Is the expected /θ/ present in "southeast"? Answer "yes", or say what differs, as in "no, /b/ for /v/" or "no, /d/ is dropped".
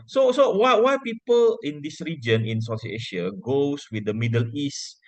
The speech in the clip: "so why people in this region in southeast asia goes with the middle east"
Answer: no, /s/ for /θ/